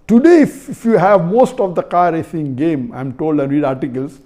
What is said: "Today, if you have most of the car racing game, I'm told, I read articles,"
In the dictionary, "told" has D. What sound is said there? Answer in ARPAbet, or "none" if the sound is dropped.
D